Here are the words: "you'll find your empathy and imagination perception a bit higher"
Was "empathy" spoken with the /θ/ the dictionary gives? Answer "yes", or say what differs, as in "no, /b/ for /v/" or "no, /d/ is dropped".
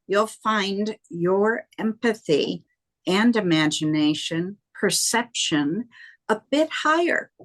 yes